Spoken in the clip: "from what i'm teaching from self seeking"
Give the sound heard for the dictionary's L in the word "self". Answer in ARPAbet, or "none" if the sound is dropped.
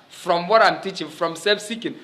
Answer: none